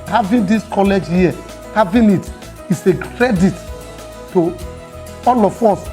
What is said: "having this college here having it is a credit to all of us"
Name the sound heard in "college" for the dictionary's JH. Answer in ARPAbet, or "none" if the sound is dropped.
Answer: JH